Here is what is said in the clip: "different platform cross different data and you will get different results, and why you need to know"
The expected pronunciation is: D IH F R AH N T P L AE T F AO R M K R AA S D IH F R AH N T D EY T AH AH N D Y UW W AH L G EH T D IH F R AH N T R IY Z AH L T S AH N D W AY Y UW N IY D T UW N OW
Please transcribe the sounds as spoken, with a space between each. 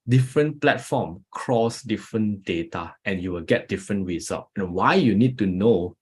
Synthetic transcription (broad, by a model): D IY F R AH N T P L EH T F AO M K R AA S D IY F R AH N D EY T AH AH N Y UW W AH L G EH T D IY F R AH N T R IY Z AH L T AH N W AY Y UW N IY D T UW N OW